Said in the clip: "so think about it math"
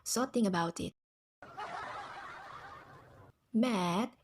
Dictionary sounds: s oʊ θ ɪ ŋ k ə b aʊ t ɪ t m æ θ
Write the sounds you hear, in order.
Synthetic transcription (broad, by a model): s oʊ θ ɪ ŋ ə b aʊ t ɪ t m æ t